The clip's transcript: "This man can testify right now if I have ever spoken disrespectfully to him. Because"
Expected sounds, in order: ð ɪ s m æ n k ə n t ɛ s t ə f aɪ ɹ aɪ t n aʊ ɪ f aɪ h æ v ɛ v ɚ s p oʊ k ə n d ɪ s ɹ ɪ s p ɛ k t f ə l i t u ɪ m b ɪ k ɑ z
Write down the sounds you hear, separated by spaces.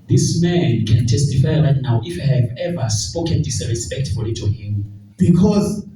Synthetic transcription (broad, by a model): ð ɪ s m æ n k ə n t ɛ s t ə f aɪ l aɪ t n aʊ ɪ f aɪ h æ v ɛ v ɚ s p oʊ k ə n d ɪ s ɹ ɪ s p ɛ k t f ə l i t u ɪ m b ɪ k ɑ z